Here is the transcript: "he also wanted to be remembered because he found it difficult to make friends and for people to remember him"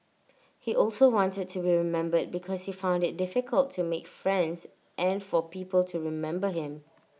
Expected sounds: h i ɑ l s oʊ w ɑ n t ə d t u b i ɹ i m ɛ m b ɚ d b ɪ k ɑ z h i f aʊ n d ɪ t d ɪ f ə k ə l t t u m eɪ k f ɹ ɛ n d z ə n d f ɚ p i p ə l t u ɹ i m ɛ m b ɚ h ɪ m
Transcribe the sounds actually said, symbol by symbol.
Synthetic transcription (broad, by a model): h i ɑ l s oʊ w ɑ n t ə d t u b i ɹ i m ɛ m b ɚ d b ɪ k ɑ s h i f aʊ n d ɪ t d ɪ f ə k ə l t t u m eɪ k f ɹ ɛ n d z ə n f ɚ p i p ə l t u ɹ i m ɛ m b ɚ h ɪ m